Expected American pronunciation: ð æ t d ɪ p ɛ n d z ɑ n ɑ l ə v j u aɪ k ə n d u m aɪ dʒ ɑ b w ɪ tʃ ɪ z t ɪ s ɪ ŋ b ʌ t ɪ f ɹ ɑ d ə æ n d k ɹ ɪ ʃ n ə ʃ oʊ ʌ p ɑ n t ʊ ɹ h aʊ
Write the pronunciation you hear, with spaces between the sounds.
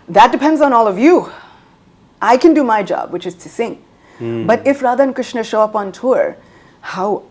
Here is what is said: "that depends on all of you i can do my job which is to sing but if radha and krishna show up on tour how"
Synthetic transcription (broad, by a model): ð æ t d ɪ p ɛ n d z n ɑ l ə v j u aɪ k ə n d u m aɪ dʒ ɑ b w ɪ tʃ ɪ z t ɪ s ɪ ŋ b ʌ t ɪ f ɹ ɑ d ə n k ɹ ɪ ʃ n ə ʃ oʊ ʌ p ɑ n t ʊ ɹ h aʊ